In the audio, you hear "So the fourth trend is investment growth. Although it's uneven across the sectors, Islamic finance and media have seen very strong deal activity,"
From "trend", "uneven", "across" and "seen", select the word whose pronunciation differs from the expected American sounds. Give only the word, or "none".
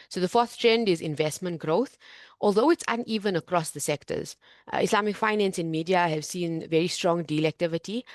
none